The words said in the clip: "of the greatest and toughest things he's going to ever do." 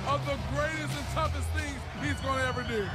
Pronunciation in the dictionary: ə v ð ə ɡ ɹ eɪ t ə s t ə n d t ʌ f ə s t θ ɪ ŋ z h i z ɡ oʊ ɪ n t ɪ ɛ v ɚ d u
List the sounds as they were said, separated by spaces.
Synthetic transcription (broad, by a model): ə v ð ə ɡ ɹ eɪ t ə s t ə n t ʌ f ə s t θ ɪ ŋ z h i z ɡ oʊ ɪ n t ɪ ɛ v ɚ d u